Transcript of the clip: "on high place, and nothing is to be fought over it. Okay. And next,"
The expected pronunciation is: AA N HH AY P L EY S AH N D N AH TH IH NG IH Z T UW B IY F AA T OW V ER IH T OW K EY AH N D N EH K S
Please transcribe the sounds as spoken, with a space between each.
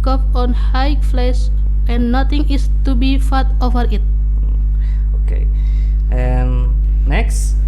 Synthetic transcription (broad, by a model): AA N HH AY F L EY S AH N N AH T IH NG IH S T UW B IY F AA T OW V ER IH T OW K EY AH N N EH K S